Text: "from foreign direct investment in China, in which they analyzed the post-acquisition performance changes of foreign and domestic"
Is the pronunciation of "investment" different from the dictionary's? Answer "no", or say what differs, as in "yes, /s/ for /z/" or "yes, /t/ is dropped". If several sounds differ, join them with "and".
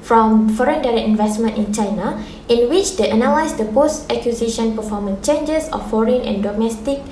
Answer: no